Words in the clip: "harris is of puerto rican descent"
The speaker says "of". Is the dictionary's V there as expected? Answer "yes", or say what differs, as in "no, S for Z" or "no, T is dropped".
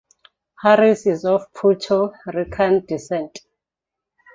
no, F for V